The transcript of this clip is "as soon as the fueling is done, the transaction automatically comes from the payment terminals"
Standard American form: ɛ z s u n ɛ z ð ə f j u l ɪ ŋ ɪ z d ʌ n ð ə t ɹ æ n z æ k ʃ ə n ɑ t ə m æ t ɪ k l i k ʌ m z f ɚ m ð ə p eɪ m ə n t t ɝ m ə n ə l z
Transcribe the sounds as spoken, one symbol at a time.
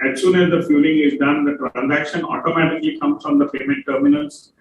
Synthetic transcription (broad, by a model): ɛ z s u n ɛ z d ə f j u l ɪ ŋ ɪ z d ʌ n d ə t ɹ æ n z æ k ʃ ə n ɑ t ə m æ t ɪ k l i k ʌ m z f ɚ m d ə p eɪ m ə n t t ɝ m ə n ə l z